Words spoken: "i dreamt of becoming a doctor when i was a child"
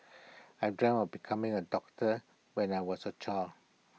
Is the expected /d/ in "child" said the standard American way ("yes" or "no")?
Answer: no